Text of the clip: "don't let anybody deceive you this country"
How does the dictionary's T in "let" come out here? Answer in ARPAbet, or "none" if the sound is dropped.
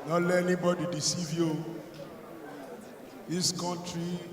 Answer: none